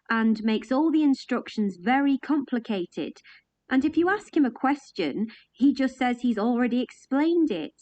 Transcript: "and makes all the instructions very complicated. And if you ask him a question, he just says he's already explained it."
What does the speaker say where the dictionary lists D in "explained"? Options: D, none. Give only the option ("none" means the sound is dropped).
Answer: D